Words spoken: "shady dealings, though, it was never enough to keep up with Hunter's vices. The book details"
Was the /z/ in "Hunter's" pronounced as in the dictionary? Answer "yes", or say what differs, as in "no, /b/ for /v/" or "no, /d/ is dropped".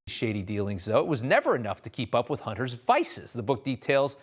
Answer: yes